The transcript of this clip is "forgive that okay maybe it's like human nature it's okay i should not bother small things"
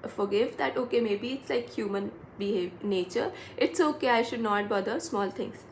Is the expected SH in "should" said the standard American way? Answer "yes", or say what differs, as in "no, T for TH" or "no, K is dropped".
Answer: yes